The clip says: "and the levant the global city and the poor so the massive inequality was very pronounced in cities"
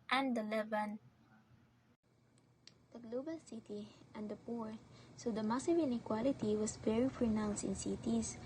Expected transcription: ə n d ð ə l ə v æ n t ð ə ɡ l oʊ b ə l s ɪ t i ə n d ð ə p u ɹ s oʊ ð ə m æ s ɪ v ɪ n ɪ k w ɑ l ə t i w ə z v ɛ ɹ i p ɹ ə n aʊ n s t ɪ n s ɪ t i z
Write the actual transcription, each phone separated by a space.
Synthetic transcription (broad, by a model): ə n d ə l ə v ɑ n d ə ɡ l oʊ b ə l s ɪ t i ə n d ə p u ɹ s oʊ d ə m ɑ s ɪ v ɪ n ɪ k w ɑ l ə t i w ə s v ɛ ɹ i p ɹ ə n aʊ n s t ɪ n s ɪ t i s